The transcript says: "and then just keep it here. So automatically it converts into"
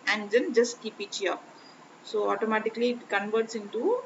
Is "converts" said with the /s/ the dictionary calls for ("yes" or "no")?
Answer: yes